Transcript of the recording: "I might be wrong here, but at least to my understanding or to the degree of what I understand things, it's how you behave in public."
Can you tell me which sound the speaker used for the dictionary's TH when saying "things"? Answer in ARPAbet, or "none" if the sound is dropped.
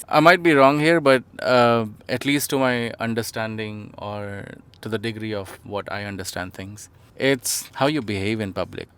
T